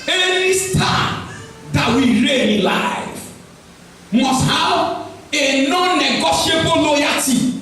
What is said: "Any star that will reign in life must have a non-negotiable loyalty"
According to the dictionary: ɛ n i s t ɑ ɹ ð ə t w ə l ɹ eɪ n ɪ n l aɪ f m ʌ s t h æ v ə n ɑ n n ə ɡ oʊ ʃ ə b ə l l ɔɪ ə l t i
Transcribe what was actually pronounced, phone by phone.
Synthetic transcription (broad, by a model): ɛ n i s t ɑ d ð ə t w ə ɹ eɪ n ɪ l aɪ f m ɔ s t h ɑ w ə n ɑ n n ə ɡ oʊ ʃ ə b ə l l ɔɪ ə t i